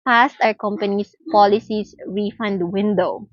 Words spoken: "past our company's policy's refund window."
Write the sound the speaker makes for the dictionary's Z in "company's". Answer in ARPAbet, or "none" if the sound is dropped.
S